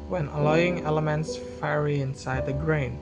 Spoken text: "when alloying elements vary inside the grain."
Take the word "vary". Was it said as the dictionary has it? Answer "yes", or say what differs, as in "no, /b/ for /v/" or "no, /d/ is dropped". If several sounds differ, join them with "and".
no, /f/ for /v/